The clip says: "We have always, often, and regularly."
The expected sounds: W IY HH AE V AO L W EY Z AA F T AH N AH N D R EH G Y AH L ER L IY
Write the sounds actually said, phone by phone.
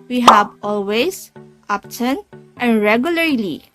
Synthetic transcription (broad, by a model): W IY HH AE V AO L W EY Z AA P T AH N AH N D R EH G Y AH L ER L IY